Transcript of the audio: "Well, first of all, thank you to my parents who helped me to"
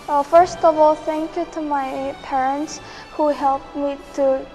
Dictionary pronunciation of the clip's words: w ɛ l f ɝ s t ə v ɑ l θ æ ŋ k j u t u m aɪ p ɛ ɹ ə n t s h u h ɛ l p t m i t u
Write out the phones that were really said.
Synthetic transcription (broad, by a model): f ɝ s t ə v ɑ l θ æ ŋ k j u t u m aɪ p ɛ ɹ ə n t s h u h ɛ l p m i t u